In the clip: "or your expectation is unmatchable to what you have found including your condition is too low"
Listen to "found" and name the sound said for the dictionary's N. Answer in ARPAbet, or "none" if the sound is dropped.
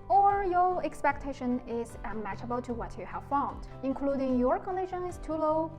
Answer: N